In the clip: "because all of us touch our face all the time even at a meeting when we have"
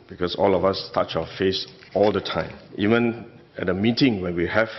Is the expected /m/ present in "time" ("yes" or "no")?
yes